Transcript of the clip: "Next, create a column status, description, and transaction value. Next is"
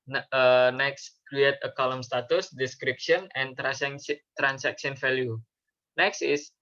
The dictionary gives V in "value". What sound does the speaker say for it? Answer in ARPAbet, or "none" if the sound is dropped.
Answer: F